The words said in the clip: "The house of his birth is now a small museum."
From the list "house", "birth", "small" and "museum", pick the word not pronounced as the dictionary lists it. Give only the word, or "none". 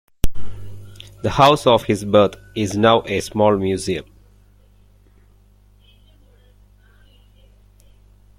birth